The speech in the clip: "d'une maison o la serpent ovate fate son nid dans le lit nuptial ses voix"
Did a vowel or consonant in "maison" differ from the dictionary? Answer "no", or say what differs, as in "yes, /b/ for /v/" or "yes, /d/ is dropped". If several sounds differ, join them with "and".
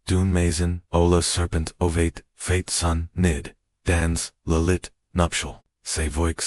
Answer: no